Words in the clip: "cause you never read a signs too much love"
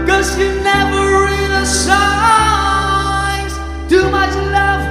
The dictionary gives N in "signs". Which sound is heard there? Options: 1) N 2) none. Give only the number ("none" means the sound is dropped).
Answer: 2